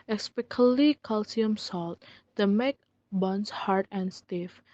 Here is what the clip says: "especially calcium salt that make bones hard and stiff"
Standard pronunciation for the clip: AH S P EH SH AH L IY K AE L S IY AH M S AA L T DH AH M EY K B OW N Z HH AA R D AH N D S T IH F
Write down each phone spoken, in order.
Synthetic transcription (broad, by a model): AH S P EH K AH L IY K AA L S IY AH M S AA L T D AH M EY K B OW N S HH AA R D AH N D S T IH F